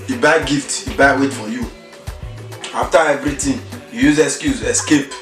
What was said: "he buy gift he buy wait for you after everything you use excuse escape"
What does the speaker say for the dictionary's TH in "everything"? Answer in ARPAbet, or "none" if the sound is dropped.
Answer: T